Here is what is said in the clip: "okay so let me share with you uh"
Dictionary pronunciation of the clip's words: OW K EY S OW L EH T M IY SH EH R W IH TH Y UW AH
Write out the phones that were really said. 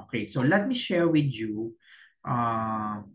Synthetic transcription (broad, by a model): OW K EY S OW L EH T M IY SH EH R W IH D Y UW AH